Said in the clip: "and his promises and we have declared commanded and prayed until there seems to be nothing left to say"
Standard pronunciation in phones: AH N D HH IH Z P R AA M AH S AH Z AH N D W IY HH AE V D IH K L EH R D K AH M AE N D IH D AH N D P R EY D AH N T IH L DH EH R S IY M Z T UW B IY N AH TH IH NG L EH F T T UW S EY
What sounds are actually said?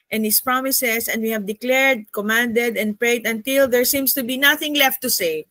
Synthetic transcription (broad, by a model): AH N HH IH S P R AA M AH S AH S AH N D W IY HH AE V D IH K L EH R D K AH M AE N D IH D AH N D P R EY D AH N T IH L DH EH R S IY M S T UW B IY N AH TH IH NG L EH F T T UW S EY